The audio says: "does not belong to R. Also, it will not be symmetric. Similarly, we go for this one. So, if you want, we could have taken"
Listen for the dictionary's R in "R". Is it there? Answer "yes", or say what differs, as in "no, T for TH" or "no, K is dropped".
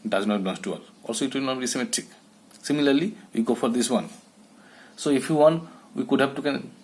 no, L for R